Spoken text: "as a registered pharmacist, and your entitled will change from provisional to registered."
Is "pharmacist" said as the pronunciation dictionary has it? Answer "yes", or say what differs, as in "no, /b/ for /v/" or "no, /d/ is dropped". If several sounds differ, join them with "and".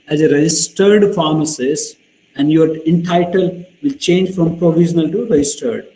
no, /t/ is dropped